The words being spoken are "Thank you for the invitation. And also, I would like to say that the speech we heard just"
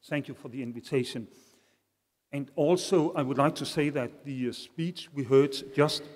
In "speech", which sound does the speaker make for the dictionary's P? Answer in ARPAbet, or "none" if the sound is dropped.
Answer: P